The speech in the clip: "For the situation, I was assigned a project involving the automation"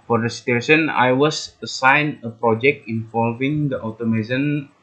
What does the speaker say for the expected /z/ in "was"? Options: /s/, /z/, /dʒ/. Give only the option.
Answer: /s/